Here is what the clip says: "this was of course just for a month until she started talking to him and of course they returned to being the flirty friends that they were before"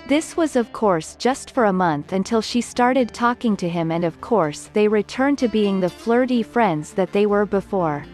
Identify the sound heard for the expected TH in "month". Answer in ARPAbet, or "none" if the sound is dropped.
TH